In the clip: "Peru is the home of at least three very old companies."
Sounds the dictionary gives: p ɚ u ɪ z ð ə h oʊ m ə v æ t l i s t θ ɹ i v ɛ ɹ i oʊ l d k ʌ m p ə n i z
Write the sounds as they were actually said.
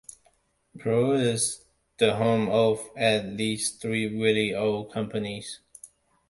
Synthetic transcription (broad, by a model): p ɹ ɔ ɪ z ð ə h oʊ m ə v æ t l i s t θ ɹ i w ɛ l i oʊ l k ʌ m p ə n i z